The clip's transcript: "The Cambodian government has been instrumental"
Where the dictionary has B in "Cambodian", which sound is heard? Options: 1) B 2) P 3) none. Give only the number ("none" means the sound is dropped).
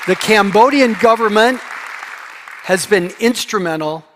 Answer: 1